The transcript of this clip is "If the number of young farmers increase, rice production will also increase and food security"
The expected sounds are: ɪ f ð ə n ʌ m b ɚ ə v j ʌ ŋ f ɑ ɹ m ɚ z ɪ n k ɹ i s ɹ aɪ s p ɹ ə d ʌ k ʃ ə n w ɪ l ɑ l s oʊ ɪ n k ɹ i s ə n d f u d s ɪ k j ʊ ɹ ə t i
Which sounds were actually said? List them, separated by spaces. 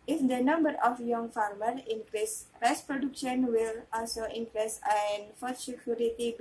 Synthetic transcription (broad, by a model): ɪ f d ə n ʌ m b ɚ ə f j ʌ ŋ f ɑ ɹ m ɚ ɪ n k ɹ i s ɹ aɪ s p ɹ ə d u k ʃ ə n w ɪ l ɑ l s oʊ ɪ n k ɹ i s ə n f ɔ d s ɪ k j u ɹ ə t i